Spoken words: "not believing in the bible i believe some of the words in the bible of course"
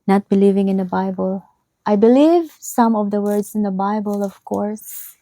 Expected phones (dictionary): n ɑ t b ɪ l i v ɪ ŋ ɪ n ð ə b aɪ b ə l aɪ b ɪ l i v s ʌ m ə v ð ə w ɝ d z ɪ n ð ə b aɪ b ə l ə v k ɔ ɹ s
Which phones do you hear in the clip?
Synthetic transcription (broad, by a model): n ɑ t b ɪ l i v ɪ ŋ ɪ n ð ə b aɪ b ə l aɪ b ɪ l i v s ʌ m ə v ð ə w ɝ d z ɪ n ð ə b aɪ b ə l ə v k ɔ ɹ s